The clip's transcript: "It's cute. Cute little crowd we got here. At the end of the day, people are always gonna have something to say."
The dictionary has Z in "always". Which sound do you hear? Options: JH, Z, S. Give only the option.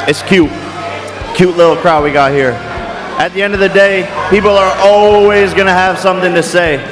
Z